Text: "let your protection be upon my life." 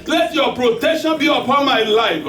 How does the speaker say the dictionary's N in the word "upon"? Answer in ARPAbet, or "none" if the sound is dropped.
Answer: N